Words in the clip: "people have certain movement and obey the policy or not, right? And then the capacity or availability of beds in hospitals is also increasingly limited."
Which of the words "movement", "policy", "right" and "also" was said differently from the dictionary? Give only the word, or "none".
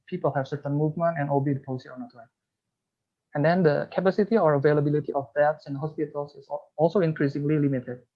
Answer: right